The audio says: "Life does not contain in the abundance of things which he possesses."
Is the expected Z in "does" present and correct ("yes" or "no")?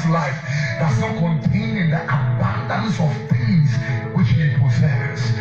no